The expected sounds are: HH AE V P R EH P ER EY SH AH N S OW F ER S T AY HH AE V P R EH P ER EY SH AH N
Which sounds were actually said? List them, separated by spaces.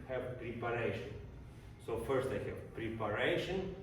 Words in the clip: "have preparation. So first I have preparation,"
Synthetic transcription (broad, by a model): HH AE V P R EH P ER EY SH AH N S OW F ER S T AY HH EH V P R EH P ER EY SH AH N